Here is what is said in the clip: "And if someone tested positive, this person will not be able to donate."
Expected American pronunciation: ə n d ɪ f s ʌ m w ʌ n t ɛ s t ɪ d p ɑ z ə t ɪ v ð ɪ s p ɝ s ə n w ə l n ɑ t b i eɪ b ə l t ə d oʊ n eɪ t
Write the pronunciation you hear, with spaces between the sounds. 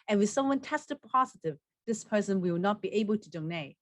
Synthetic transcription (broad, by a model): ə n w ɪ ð s ʌ m w ʌ n t ɛ s t ɪ d p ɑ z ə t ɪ v ð ɪ s p ɝ s ə n w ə w n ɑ t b i eɪ b ə l t ə d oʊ n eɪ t